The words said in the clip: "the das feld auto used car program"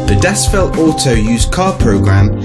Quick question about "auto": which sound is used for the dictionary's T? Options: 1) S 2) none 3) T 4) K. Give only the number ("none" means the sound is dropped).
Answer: 1